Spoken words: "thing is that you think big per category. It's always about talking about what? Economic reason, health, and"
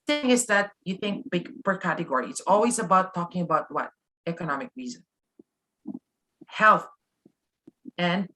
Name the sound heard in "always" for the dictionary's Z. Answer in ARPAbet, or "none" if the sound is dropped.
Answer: Z